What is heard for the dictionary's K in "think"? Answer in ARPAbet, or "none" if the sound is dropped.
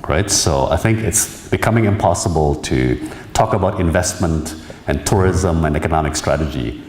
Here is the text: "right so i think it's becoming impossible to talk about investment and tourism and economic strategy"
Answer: K